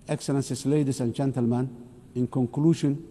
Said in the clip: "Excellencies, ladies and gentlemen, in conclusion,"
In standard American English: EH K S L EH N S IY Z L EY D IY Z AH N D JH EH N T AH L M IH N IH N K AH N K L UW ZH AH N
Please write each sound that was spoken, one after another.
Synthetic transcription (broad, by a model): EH K S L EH N S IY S L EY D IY S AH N JH EH N T AH L M IH N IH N K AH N K L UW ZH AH N